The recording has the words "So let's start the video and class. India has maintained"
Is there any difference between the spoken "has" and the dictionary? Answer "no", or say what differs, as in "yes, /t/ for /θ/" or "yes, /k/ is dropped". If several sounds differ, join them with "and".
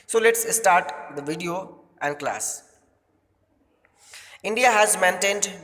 no